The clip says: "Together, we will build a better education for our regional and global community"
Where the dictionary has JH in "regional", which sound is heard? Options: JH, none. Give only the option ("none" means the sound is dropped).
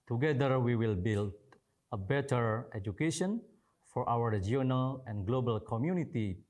none